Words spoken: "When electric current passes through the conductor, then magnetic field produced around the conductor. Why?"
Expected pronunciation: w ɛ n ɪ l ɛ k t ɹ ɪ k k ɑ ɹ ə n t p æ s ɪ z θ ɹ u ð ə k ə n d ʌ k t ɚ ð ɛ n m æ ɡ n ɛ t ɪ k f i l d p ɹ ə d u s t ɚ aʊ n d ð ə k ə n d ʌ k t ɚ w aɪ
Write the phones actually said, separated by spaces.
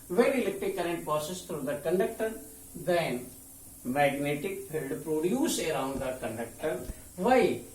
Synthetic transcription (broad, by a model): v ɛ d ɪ l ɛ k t ɪ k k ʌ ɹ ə n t p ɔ s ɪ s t ɹ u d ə k ə n d ʌ k t ɚ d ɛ n m æ ɡ n ɛ t ɪ k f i l d p ɹ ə d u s t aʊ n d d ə k ə n d ʌ k t ɚ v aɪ